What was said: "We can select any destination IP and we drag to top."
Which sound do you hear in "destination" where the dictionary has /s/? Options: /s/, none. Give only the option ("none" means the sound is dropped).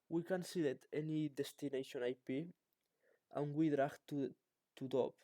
/s/